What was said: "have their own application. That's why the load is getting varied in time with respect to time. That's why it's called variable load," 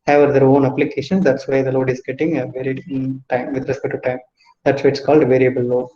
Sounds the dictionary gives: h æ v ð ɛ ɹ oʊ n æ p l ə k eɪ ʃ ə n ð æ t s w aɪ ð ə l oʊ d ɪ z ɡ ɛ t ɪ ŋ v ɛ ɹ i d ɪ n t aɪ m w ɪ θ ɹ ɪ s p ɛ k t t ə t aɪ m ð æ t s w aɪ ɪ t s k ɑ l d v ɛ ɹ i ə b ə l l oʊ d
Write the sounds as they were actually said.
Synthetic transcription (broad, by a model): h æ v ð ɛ ɹ oʊ n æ p l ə k eɪ ʃ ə n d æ t s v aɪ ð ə l oʊ d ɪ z ɡ ɛ t ɪ ŋ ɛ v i d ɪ t aɪ m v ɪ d ɹ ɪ s p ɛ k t t ə t aɪ m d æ t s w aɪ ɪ t s k ɑ l d v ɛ ɹ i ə b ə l l oʊ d